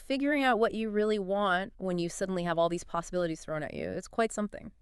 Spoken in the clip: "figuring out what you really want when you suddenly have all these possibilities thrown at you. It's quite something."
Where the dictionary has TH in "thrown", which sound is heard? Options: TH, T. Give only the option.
TH